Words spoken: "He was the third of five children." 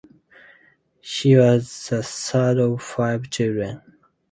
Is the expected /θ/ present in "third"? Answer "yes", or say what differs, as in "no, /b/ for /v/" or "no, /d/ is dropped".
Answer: no, /s/ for /θ/